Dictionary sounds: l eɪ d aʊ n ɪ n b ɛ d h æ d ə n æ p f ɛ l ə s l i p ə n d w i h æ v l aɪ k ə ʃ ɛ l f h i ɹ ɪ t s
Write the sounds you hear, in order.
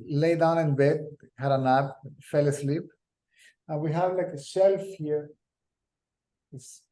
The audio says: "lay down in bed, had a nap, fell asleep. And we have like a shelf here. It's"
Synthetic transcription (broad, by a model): l eɪ d aʊ n ɪ n b ɛ d h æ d ə n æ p f ɛ l ə s l i p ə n w i h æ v l aɪ k ə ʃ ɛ l f h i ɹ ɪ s